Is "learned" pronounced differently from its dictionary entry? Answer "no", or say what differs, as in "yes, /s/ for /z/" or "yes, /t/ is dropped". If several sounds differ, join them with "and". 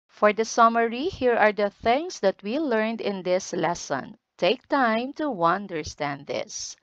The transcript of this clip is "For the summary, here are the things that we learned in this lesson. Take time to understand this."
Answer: no